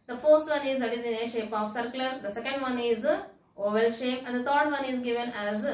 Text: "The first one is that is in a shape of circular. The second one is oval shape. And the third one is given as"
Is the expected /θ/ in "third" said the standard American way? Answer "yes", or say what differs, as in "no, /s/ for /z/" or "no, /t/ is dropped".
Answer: no, /t/ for /θ/